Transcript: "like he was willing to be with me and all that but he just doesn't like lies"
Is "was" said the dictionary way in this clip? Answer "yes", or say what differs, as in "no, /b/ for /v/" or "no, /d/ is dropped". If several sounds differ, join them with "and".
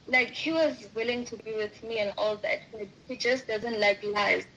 yes